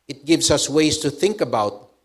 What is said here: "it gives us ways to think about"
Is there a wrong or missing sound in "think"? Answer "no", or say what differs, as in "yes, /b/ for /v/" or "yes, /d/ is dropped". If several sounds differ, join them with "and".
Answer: no